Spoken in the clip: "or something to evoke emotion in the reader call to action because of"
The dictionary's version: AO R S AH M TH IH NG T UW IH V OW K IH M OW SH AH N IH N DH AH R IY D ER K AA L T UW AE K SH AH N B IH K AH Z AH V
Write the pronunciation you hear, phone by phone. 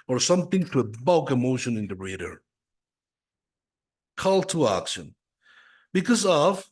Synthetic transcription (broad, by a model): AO R S AH M TH IH NG T UW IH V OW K IH M OW SH AH N IH N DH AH R IY D ER K AA L T UW AE K SH AH N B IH K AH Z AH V